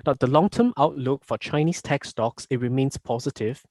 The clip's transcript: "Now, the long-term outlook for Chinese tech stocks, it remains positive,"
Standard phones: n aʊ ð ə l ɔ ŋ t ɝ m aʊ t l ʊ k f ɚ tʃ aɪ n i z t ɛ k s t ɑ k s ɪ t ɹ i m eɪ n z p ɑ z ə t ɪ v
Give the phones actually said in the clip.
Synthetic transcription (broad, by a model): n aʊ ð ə l ɔ ŋ t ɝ m aʊ t l ʊ k f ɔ tʃ aɪ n i s t ɛ k s t ɑ k s ɪ t ɹ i m eɪ n s p ɑ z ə t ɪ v